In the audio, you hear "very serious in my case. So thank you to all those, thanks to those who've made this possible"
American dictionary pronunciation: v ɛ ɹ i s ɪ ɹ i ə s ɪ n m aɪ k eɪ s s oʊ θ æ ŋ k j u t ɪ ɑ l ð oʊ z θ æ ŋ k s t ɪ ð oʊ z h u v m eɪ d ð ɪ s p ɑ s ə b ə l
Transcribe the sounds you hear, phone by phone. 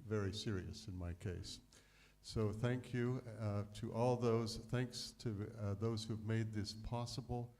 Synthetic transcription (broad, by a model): v ɛ ɹ i s ɪ ɹ i ə s ɪ n m aɪ k eɪ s s oʊ θ æ ŋ k j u t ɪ ɑ l ð oʊ z θ æ ŋ k s t ɪ ð oʊ z h u v m eɪ d ð ɪ s p ɑ s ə b l